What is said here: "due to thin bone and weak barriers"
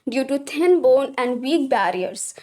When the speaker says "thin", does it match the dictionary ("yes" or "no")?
no